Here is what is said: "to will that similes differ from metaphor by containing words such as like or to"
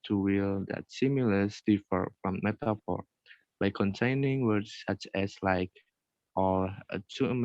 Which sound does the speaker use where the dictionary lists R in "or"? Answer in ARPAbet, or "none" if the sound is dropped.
L